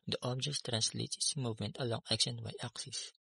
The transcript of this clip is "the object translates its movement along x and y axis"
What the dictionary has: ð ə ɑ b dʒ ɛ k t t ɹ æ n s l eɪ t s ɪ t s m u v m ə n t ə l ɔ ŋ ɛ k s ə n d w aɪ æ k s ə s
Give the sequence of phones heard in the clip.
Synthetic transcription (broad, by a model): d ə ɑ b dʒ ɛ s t t ɹ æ n s l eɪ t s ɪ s m u v m ə n t ə l ɔ ŋ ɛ k ʃ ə n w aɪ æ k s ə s